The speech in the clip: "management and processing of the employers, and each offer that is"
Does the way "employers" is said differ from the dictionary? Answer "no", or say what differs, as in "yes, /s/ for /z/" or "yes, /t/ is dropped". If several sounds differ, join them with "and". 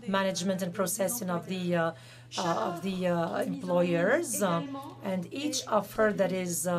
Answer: no